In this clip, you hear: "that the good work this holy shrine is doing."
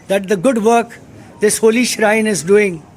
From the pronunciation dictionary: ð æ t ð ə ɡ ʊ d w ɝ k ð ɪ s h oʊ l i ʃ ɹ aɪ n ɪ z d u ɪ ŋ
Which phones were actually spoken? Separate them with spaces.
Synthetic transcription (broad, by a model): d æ t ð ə ɡ ʊ d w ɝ k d ɪ s h oʊ l i ʃ ɹ aɪ n ɪ z d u ɪ ŋ